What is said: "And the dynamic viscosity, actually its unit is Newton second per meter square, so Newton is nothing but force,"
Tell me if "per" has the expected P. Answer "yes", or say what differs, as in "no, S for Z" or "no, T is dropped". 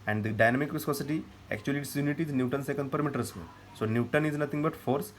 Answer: yes